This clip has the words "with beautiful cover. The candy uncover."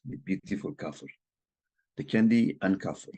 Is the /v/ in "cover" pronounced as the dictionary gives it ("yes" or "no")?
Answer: no